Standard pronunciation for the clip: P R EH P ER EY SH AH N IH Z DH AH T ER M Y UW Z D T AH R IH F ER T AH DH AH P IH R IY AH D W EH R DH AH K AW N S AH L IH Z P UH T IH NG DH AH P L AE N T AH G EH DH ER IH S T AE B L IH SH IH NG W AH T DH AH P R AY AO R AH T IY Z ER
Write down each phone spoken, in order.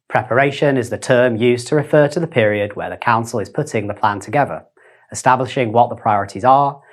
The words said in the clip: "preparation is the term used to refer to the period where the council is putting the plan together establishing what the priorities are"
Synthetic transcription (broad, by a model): P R EH P ER EY SH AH N IH Z DH AH T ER M Y UW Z T AH R IH F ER T AH DH AH P IH R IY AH D W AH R DH AH K AW N S AH L IH Z P UH T IH NG DH AH P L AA N T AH G EH DH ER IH S T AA B L IH SH IH NG W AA T DH AH P R AY AO R AH T IY Z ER